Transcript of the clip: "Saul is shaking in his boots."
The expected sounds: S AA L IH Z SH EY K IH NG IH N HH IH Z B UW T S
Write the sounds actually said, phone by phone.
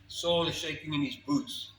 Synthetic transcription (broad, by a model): S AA L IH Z SH EY K IH NG IH N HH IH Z B UW T S